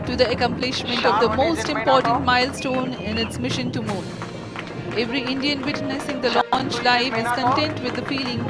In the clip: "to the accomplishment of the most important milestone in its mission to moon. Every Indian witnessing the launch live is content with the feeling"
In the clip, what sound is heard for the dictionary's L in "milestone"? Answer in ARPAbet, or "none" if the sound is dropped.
L